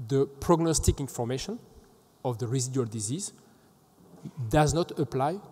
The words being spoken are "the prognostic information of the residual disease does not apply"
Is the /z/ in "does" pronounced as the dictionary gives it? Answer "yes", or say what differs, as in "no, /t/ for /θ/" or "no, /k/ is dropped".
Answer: yes